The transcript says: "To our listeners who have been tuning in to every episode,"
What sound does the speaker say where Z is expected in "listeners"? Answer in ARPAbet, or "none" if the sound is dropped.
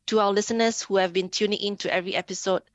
S